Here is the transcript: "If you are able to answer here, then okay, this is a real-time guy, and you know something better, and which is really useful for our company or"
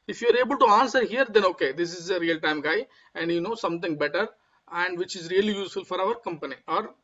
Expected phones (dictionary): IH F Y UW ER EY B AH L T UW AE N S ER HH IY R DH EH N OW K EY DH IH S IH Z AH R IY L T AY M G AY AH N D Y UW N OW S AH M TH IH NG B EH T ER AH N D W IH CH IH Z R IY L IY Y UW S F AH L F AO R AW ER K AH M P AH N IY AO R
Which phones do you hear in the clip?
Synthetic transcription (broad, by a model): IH F Y UW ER EY B AH L T UW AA N S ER HH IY R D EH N OW K EY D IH S IH Z AH R IY L T AY M G AY AH N D Y UW N OW S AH M T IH NG B EH T ER AH N D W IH CH IH Z R IY L IY Y UW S F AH L F AO R AW ER K AH M P AH N IY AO R